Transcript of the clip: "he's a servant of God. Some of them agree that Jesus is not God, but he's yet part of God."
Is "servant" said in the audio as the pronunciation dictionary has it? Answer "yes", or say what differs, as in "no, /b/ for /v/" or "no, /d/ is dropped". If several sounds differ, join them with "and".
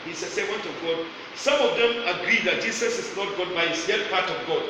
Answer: no, /w/ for /v/